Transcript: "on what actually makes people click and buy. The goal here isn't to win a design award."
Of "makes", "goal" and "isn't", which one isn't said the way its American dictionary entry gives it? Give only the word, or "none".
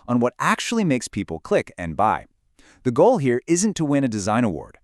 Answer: none